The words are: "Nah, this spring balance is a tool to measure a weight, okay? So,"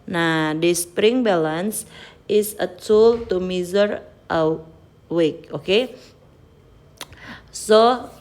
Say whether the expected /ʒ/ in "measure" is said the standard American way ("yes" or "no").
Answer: no